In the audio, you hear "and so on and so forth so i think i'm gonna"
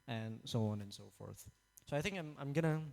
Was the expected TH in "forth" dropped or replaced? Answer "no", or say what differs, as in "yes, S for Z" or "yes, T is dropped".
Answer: no